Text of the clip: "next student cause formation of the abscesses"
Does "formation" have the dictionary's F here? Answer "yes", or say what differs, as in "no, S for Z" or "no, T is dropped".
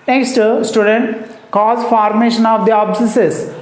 yes